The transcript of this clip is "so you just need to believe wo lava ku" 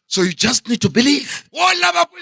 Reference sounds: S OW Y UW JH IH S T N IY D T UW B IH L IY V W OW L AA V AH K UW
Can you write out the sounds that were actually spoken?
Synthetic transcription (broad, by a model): S OW Y UW JH IH S T N IY D T UW B IH L IY V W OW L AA B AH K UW